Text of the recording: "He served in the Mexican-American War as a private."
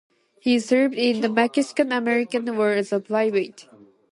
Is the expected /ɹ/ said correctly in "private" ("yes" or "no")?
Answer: no